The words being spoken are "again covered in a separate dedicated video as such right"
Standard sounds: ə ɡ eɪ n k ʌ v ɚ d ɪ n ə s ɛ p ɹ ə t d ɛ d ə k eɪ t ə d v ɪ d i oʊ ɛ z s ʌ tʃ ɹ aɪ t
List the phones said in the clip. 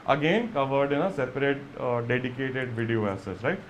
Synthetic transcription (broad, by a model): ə ɡ eɪ n k ʌ v ɚ d ɪ n ə s ɛ p ɹ ə t d ɛ d ə k eɪ t ə d v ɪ d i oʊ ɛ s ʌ s ɹ aɪ t